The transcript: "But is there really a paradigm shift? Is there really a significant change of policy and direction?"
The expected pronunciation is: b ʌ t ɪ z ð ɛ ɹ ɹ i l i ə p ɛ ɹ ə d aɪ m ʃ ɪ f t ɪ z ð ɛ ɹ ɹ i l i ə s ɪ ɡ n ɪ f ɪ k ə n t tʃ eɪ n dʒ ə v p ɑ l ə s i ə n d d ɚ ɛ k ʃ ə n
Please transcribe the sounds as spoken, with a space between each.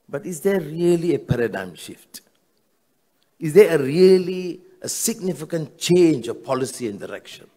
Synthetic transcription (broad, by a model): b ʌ t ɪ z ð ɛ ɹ ɹ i l i ə p ɛ ɹ ə d aɪ m ʃ ɪ f t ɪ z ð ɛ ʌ ɹ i l i ə s ɪ ɡ n ɪ f ɪ k ə n t tʃ eɪ n dʒ ə v p ɑ l ə s i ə n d d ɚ ɛ k ʃ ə n